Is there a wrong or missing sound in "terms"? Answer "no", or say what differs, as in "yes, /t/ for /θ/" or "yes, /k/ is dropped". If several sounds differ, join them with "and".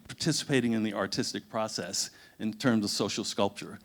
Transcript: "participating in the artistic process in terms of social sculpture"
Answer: no